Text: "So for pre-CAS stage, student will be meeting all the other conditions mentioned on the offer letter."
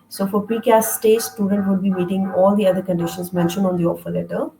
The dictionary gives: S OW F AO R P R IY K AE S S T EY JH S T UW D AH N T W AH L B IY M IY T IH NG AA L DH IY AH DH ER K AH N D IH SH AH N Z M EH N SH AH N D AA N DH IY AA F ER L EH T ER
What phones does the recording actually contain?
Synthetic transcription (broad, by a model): S OW F AO R P R IY K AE S S T EY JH S T UW D AH N T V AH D B IY M IY T IH NG AA L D IY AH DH ER K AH N D IH SH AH N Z M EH N SH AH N AA N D IY AA F ER L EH T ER